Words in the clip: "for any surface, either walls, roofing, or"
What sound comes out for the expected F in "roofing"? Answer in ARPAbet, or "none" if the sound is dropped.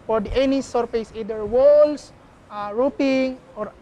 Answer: P